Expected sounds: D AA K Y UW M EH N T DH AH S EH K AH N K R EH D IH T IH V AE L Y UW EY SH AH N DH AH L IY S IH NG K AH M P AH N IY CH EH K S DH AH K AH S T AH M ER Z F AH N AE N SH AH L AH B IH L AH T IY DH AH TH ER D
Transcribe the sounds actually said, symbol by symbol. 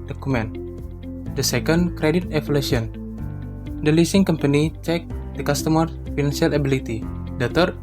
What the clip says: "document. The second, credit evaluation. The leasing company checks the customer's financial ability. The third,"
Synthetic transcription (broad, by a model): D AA K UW M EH N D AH S EH K AH N K R EH D IH T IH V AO L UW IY AH N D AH L IY S IH NG K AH M P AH N IY CH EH K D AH K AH S T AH M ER F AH N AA N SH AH L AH B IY L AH T IY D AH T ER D